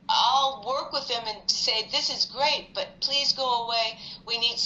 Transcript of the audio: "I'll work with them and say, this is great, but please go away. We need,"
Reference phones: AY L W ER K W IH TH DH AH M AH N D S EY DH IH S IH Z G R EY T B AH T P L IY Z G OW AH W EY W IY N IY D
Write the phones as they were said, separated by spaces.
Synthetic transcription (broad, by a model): AY L W ER K W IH DH AH M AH N S EY DH IH S IH Z G R EY T B AH T P L IY Z G OW AH W EY W IY N IY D